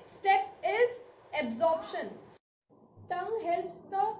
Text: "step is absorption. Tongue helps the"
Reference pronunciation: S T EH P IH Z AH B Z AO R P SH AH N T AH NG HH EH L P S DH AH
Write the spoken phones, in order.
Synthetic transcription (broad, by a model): S T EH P IH Z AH B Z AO R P SH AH N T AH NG HH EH L S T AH